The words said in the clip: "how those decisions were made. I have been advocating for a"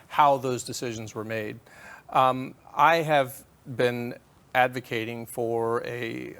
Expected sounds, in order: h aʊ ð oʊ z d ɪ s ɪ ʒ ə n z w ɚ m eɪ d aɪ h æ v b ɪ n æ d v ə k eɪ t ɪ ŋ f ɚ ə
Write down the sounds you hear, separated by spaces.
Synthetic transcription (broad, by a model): h aʊ ð oʊ z d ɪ s ɪ ʒ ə n z w ɚ m eɪ d aɪ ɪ v b ɪ n æ d v ə k eɪ t ɪ ŋ f ɚ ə